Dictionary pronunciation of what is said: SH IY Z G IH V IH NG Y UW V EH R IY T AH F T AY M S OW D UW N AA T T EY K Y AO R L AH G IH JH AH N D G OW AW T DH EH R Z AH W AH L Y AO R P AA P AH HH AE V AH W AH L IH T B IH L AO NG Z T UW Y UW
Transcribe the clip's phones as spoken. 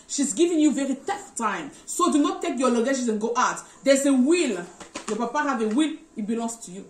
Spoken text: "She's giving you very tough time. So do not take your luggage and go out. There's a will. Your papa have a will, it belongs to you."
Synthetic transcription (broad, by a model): SH IY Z G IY V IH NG Y UW V EH R IY T AH F T AY M S OW D UW N AA T T EY K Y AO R L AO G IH SH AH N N G OW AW T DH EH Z AH W AH L Y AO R P AA P AH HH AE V AH W AH L IH T B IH L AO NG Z T UW Y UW